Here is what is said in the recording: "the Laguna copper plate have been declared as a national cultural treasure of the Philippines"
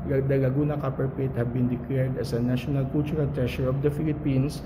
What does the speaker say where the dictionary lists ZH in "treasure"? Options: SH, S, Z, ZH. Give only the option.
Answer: SH